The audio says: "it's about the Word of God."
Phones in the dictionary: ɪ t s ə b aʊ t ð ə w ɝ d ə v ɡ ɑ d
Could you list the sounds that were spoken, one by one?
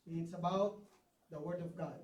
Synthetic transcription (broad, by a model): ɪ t s ə b aʊ t ð ə w ɝ d ə v ɡ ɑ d